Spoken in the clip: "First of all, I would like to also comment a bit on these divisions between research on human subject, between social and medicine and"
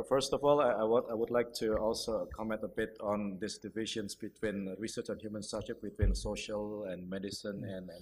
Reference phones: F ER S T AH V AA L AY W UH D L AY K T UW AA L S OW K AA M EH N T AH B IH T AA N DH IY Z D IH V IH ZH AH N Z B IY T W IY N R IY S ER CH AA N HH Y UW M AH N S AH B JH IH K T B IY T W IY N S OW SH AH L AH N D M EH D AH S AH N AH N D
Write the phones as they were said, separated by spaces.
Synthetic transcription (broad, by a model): F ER S T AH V AA L AY W UH D L AY K T UW AA L S OW K AA M EH N T AH B IH T AA N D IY S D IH V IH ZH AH N S B IY T W IY N R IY S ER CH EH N HH Y UW M AH N S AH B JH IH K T B IY T W IY N S OW SH AH L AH N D M EH D AH S AH N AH N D